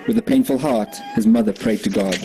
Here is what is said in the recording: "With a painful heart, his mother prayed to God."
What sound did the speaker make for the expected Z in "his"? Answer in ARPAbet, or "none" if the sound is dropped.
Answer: Z